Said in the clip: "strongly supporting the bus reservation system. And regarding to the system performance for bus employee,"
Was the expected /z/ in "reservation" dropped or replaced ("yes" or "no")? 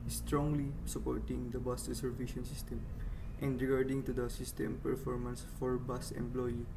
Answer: yes